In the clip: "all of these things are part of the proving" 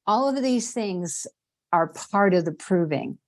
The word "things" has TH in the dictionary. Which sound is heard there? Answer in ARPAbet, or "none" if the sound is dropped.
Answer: TH